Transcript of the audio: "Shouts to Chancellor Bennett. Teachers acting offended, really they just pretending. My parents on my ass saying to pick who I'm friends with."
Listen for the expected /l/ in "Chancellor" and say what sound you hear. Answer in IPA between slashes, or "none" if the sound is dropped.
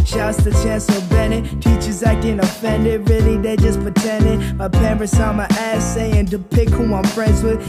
none